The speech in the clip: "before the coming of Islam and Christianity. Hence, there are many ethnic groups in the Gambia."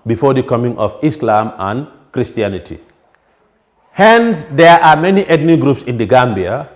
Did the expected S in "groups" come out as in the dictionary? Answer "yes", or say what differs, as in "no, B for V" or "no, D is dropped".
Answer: yes